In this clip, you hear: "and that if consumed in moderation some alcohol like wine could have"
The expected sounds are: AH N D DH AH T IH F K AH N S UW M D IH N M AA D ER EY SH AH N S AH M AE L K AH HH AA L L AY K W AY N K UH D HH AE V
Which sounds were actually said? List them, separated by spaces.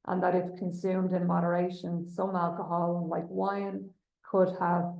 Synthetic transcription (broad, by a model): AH N DH AH T IH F K AH N S UW M D IH N M AA D ER EY SH AH N S AH M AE L K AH HH AA L L AY K W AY N K UH D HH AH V